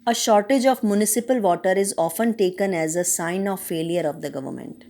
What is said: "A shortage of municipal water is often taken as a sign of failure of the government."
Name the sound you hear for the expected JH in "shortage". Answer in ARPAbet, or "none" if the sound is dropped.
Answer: JH